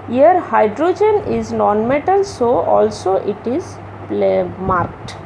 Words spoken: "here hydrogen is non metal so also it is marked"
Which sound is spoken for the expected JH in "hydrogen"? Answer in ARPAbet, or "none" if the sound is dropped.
JH